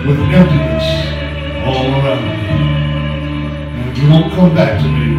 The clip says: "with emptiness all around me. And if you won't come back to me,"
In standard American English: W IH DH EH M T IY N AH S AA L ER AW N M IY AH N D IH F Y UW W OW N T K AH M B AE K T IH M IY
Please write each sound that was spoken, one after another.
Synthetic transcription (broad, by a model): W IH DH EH T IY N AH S AA L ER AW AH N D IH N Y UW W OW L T K AH M B AE K T IH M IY